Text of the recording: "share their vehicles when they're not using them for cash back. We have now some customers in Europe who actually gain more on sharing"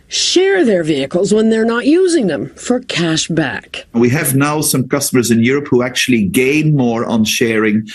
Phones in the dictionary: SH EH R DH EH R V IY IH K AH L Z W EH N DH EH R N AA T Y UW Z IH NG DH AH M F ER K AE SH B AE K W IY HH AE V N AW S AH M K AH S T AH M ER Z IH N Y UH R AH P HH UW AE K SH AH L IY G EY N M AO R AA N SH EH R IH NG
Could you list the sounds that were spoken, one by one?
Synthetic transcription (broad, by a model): SH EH R DH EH R V IY IH K AH L Z W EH N DH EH R N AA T Y UW Z IH NG DH AH M F ER K AE SH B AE K W IY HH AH V N AW S AH M K AH S T AH M ER Z IH N Y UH R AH P HH UW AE K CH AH L IY G EY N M AO R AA N SH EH R IH NG